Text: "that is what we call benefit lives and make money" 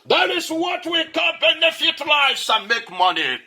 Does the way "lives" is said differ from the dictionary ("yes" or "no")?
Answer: yes